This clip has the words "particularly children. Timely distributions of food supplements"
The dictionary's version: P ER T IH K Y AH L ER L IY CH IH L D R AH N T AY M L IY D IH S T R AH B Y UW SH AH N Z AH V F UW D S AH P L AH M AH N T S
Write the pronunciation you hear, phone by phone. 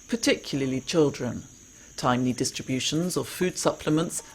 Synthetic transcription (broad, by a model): P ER T IH K Y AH L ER L IY CH IH L D R AH N T AY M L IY D IH S T R AH B Y UW SH AH N Z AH F UW D S AH P L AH M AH N T S